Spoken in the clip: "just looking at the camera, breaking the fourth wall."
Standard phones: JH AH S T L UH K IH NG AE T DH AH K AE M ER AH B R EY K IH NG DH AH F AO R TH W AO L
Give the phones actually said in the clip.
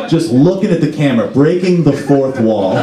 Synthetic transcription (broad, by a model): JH AH S T L UH K IH NG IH T DH AH K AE M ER B R EY K IH NG DH AH F AO R TH W AO L